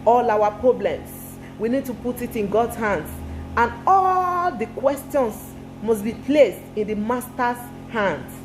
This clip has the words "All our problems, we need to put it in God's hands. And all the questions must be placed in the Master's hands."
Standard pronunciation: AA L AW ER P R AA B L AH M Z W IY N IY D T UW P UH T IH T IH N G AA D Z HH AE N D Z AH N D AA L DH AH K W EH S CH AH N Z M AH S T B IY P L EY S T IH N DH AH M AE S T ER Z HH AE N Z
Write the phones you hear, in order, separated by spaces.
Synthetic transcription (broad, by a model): AA L AW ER P R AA B L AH M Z W IY N IY D T UW P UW T IH T IH N G AA D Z HH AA N D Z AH N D AA L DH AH K W EH S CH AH N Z M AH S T B IY P L EY S T IH N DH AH M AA S T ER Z HH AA N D